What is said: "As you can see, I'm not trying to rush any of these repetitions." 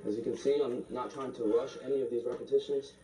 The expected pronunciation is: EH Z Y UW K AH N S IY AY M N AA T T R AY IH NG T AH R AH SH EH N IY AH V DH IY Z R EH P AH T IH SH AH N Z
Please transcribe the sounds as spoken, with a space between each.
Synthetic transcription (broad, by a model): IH Z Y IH K AH N S IY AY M N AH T T R AY IH NG T AH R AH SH EH N IY AH V DH IY Z R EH P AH T IH SH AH N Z